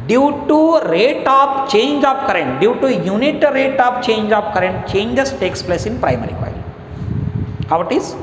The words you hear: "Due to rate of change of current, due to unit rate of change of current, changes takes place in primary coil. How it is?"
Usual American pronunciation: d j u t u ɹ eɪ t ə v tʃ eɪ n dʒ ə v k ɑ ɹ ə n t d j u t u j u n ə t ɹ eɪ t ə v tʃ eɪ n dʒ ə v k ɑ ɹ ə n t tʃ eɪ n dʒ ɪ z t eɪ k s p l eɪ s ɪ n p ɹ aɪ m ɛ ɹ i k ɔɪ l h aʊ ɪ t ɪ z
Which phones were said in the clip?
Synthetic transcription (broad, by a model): d j u t u ɹ eɪ t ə p tʃ eɪ n dʒ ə p k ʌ ɹ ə n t d j u t u j u n ə t ɹ eɪ t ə p tʃ eɪ n dʒ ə p k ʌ ɹ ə n t tʃ eɪ n dʒ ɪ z t eɪ k s p l eɪ s ɪ n p ɹ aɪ m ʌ ɹ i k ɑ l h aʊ ɪ t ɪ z